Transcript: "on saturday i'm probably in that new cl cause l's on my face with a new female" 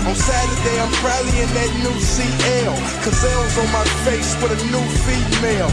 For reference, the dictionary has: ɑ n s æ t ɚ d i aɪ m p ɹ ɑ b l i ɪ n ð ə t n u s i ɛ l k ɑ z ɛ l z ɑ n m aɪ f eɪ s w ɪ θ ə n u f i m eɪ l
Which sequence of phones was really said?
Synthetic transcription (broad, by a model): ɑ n s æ t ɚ d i aɪ m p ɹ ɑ l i ɪ n ð ə t n u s i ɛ l k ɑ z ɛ w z ɑ n m aɪ f eɪ s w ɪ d ə n u f i m eɪ l